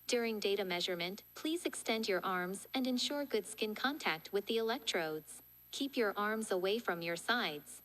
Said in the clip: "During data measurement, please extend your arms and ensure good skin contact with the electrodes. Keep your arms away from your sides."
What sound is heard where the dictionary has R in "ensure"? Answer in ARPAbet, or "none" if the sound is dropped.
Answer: R